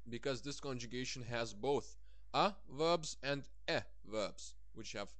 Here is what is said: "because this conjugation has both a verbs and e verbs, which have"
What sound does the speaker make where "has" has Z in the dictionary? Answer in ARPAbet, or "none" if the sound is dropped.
Z